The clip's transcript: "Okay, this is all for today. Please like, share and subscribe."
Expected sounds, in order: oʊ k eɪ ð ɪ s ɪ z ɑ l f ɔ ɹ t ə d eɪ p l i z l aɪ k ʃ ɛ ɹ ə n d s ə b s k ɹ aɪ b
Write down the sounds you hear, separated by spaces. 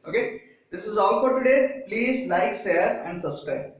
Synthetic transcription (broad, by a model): oʊ k eɪ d ɪ s ɪ z ɑ l f ɔ ɹ t ə d eɪ p l i z l aɪ k s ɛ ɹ ə n d s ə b s k ɹ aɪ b